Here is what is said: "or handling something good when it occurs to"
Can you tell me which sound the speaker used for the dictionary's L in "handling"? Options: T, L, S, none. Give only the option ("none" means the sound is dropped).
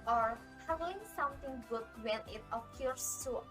none